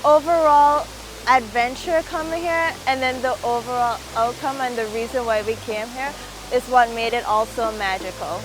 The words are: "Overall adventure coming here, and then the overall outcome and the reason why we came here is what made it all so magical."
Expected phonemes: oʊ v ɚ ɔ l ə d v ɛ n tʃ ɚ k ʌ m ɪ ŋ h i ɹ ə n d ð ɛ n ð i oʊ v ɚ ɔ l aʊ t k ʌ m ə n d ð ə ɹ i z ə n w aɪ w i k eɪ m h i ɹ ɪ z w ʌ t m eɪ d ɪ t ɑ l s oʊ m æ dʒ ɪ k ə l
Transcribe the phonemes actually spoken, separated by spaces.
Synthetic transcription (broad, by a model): oʊ v ɚ ɔ l ə d v ɛ n tʃ ɚ k ʌ m ɪ ŋ h i ɹ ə n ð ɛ n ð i oʊ v ɚ ɔ l aʊ t k ʌ m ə n ð ə ɹ i z ə n w aɪ w i k eɪ m h i ɹ ɪ z w ʌ t m eɪ d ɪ t ɑ l s oʊ m æ dʒ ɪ k l